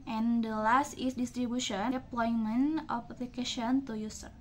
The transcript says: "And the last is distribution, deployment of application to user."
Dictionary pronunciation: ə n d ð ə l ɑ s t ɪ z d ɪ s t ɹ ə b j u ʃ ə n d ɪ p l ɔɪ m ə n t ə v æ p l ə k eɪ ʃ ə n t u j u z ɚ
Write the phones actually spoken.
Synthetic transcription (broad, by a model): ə n d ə l ɑ s t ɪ s d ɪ s t ɹ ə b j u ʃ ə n p l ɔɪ m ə n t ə p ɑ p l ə k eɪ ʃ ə n t u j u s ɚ